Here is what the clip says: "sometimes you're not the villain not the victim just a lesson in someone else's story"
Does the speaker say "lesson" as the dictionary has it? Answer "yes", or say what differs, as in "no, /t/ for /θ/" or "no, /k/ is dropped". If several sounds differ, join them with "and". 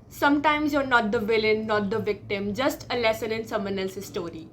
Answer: yes